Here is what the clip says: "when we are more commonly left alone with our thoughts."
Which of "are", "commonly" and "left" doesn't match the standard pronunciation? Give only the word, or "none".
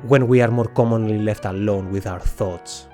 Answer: none